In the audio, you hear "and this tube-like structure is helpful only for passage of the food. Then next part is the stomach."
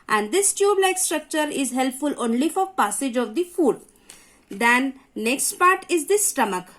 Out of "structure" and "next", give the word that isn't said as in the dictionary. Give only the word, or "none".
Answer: none